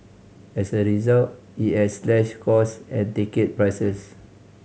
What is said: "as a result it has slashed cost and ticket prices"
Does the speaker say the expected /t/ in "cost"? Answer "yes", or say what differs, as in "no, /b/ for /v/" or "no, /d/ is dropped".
no, /t/ is dropped